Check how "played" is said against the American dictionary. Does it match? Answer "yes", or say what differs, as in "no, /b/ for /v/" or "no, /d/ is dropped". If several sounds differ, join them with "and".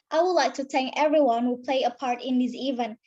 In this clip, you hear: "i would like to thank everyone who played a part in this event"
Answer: no, /d/ is dropped